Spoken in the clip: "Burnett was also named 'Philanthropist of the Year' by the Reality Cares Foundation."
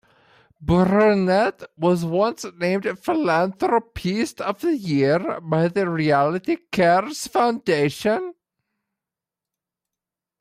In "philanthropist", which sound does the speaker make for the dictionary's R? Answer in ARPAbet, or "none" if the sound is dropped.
R